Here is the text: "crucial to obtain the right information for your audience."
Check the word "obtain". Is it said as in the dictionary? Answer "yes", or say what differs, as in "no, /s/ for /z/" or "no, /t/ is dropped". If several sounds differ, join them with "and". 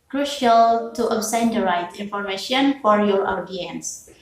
no, /s/ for /t/